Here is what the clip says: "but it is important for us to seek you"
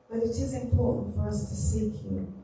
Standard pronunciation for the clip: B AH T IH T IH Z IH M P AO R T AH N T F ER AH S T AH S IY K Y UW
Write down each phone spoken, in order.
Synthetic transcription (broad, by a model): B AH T IH T IH Z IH M P AO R T N T F ER AH S T AH S IY K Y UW